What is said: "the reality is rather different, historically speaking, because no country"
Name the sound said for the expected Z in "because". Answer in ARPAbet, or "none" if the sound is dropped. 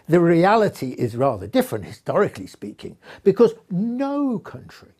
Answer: Z